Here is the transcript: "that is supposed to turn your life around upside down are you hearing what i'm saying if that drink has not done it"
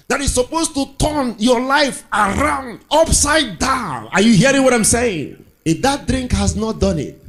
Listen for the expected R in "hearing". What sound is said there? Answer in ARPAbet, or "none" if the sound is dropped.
R